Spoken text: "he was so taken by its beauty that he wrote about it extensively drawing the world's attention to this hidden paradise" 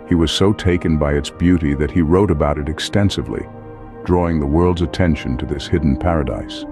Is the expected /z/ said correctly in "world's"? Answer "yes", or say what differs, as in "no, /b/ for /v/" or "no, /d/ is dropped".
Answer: yes